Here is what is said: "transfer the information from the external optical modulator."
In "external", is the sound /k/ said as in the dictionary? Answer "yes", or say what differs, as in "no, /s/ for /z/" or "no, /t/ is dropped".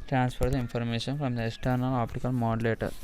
yes